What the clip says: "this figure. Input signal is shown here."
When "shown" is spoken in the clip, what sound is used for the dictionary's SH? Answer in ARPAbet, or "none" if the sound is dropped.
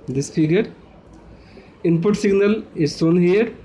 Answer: S